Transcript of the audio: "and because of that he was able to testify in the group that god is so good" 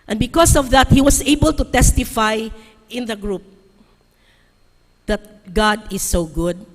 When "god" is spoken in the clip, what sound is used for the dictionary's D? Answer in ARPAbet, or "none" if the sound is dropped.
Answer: D